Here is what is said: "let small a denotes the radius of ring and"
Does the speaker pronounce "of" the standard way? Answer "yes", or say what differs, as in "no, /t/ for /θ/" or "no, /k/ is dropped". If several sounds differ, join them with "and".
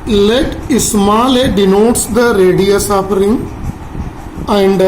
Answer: no, /p/ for /v/